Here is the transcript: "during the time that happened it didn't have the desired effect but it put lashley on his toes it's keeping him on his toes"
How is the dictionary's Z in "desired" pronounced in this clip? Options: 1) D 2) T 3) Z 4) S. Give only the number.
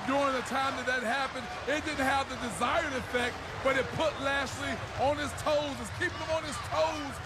3